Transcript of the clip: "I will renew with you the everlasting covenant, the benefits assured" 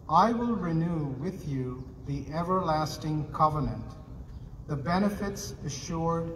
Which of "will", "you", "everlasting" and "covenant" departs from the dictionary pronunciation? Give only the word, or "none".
none